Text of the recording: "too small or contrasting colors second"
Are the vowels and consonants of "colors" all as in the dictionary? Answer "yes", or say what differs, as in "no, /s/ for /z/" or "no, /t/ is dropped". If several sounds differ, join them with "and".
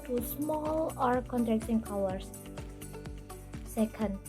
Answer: no, /w/ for /l/